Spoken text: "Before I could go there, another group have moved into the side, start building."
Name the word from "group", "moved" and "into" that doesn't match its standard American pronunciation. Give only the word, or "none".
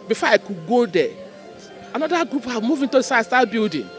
moved